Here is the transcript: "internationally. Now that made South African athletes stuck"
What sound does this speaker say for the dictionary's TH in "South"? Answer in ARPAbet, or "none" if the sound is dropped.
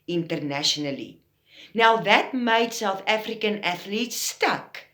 F